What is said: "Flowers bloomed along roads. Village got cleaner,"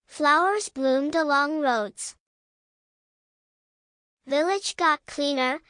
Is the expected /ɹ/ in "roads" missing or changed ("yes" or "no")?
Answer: no